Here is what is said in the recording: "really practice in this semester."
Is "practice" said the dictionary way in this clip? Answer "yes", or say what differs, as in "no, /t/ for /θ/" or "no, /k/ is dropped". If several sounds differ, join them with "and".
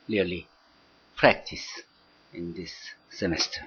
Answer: yes